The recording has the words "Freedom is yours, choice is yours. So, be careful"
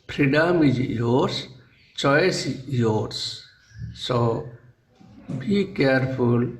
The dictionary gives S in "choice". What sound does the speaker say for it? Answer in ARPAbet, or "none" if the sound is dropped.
none